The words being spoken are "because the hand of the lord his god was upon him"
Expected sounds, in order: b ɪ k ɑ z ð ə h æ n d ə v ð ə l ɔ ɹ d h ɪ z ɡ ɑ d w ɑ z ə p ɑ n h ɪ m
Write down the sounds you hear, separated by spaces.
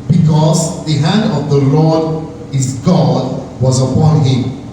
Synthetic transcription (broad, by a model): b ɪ k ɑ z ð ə h æ n d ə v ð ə l ɔ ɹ d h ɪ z ɡ ɑ d w ɑ z ə p ɑ n h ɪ m